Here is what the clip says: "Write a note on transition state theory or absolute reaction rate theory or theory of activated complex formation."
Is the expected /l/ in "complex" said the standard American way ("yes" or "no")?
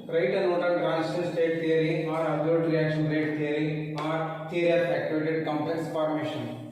no